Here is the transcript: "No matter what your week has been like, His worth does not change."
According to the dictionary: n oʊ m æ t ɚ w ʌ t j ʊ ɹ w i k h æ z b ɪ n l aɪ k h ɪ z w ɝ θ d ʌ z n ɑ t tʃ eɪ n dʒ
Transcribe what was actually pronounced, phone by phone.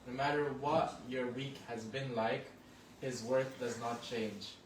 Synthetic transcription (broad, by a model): n oʊ m æ t ɚ w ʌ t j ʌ ɹ w i k h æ z b ɪ n l aɪ k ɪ z w ɝ θ d ʌ z n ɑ t tʃ eɪ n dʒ